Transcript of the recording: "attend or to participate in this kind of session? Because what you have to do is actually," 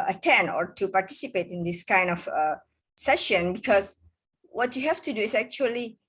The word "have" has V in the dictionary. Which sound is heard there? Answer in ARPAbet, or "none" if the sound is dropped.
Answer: F